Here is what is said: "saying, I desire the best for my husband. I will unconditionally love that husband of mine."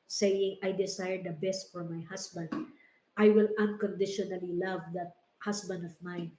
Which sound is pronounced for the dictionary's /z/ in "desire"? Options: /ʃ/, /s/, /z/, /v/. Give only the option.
/s/